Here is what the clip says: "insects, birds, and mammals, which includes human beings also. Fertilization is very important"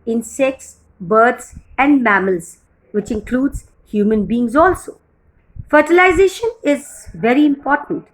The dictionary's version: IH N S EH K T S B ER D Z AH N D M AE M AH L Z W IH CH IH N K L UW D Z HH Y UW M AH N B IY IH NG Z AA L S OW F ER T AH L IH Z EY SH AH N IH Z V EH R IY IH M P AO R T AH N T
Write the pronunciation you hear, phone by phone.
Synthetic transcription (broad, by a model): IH N S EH K T S B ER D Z AH N D M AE M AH L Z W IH CH IH N K L UW D Z HH Y UW M AH N B IY IH NG Z AA L S OW F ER T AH L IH Z EY SH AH N IH Z V EH R IY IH M P AO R T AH N T